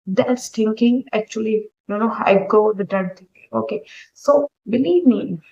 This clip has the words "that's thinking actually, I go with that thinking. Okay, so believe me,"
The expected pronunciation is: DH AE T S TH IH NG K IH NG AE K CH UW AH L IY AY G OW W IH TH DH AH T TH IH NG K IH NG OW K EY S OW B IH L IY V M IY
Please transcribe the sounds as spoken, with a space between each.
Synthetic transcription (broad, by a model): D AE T S T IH NG K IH NG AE K CH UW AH N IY AY G OW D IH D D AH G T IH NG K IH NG OW K EY S OW B IH L IY V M IY